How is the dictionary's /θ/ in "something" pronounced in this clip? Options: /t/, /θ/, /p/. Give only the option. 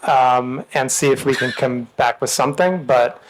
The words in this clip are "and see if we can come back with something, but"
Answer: /θ/